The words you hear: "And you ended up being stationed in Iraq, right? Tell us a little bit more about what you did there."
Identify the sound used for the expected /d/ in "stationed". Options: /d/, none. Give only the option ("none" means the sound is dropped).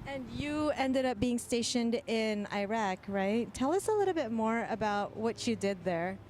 /d/